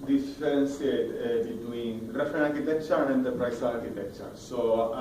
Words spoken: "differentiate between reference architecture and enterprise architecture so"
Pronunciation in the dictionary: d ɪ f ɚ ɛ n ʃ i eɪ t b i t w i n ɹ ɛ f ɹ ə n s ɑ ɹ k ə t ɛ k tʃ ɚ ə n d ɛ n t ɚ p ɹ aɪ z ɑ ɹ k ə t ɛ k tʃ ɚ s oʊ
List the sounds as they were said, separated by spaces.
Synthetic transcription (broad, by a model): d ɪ f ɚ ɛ n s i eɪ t b i t w i n ɹ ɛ f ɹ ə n ɑ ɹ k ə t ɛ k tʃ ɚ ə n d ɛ n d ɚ p ɹ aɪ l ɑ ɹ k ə t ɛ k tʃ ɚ s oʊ